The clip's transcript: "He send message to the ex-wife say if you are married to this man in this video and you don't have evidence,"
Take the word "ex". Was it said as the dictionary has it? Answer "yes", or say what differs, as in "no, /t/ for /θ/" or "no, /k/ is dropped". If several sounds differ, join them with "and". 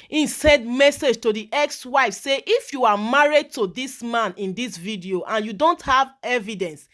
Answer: yes